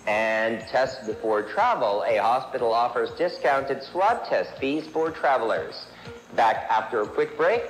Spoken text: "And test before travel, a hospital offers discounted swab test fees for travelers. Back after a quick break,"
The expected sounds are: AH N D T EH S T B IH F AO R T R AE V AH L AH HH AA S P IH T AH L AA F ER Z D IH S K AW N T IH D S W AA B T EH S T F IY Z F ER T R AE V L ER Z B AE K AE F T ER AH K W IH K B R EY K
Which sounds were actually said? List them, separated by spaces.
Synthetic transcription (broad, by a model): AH N T EH S T B IH F AO R T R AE V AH L AH HH AA S P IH T L AA F ER Z D IH S K AW N T IH D S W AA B T EH S T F IY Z F ER T R AE V L ER Z B AE K AE F T ER AH K W IH K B R EY K